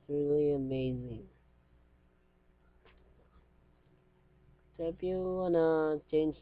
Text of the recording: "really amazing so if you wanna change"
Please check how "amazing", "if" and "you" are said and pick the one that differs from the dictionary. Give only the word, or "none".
if